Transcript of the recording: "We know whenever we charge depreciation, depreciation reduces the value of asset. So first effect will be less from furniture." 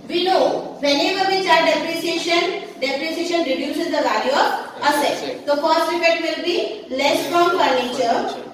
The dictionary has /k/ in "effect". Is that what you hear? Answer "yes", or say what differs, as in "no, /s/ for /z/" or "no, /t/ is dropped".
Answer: no, /k/ is dropped